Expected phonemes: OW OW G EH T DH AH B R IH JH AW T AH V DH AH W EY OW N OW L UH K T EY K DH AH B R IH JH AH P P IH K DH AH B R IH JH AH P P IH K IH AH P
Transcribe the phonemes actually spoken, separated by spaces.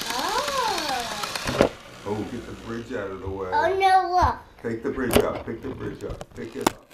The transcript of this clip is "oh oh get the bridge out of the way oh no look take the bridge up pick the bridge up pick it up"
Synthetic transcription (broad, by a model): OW OW G EH T DH AH B R IH JH AW T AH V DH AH W EY OW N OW W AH T EY K DH AH B R IH JH AH P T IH K DH AH B R IH JH AH P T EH K IH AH